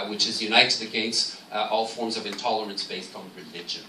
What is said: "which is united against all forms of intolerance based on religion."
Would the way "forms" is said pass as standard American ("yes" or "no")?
yes